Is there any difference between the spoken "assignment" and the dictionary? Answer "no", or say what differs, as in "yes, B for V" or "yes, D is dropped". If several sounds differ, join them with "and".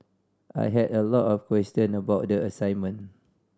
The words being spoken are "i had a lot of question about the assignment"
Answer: yes, T is dropped